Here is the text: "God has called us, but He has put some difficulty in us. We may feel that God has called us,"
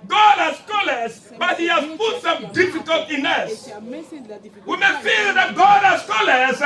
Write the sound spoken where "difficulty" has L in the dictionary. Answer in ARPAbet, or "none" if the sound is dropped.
none